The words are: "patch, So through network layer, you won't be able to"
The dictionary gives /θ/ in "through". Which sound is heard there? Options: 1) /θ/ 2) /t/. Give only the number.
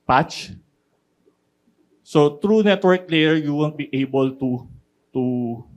2